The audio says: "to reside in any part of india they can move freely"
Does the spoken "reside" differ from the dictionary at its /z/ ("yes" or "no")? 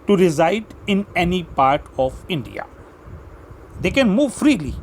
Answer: no